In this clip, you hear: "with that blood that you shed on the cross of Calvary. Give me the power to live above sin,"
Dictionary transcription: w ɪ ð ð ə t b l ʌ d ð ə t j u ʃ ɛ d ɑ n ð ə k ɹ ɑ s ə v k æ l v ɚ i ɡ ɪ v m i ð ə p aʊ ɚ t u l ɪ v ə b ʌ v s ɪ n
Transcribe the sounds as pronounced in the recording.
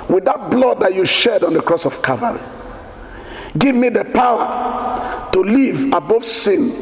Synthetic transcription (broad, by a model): w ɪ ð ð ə t b l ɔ d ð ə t j u ʃ ɛ d ɑ n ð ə k ɹ ɑ s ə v k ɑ v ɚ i ɡ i v m i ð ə p aʊ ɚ t u l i v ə b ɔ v s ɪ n